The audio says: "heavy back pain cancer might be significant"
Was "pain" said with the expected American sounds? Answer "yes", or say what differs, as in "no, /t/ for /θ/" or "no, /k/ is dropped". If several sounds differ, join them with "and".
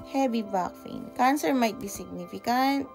no, /f/ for /p/